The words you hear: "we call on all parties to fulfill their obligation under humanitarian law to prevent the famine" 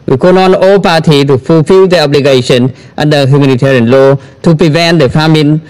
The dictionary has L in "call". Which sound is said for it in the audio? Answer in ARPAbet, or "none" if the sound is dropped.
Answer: N